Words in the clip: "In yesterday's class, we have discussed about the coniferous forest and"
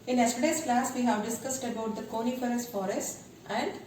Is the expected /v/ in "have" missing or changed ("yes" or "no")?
no